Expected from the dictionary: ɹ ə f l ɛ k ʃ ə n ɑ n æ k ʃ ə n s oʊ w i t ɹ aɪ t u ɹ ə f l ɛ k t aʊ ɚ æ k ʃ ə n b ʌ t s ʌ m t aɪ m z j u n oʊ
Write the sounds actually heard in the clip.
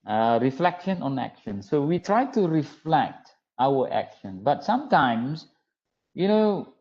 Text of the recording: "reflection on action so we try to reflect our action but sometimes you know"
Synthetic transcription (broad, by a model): ɹ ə f l ɛ k ʃ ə n ɑ n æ k ʃ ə n s oʊ w i t ɹ aɪ t u ɹ ə f l ɛ k t aʊ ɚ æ k ʃ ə n b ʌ t s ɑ m t aɪ m s j u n oʊ